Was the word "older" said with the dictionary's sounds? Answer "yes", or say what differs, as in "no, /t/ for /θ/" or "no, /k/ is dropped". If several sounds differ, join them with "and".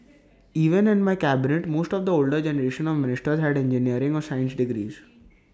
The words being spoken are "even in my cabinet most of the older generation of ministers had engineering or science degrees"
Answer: yes